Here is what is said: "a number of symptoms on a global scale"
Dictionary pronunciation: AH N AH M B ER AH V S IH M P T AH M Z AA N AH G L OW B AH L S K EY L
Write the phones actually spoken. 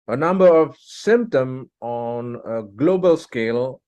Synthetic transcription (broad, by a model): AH N AH M B ER AH V S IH M P T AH M AA N AH G L OW B AH L S K EY L